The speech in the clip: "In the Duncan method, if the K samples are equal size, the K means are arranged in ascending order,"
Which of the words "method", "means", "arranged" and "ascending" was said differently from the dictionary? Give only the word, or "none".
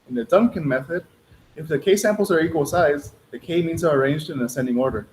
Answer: none